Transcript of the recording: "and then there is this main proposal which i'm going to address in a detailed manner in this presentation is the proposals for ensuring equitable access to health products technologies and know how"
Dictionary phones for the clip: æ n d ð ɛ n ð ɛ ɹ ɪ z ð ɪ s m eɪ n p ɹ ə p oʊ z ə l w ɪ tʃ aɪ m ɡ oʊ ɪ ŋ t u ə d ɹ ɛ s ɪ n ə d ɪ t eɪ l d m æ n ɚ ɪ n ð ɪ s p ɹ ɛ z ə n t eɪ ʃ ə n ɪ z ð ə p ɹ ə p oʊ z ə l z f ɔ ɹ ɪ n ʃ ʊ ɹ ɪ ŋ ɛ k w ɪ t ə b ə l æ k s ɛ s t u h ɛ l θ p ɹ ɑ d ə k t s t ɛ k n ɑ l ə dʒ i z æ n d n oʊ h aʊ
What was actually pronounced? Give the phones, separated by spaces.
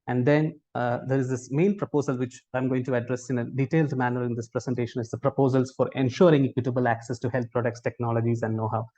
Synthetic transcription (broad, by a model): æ n d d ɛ n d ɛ ɹ ɪ z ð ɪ s m eɪ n p ɹ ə p oʊ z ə l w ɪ tʃ aɪ m ɡ oʊ ɪ ŋ t u ə d ɹ ɛ s ɪ n ə d ɪ t eɪ l d m æ n ɚ ɪ n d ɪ s p ɹ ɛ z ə n t eɪ ʃ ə n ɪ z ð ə p ɹ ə p oʊ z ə l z f ɔ ɹ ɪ n ʃ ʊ ɹ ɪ ŋ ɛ k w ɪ t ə b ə l æ k s ɛ s t u h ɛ l t p ɹ ɑ d ə k t s t ɛ k n ɑ l ə dʒ i z æ n d n oʊ h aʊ